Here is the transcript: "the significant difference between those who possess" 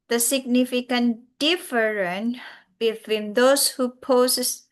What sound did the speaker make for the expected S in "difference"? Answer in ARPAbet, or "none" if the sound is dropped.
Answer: none